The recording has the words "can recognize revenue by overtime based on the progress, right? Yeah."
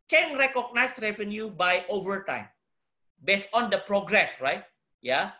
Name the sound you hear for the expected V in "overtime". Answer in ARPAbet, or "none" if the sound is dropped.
V